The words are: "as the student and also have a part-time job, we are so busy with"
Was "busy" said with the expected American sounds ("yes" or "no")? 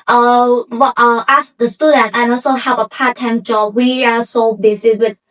no